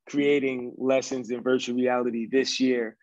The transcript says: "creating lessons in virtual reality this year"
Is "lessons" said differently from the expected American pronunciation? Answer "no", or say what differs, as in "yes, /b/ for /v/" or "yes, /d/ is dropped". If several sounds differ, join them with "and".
no